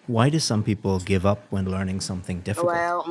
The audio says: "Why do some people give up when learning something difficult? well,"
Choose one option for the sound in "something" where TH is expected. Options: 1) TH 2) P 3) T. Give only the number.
1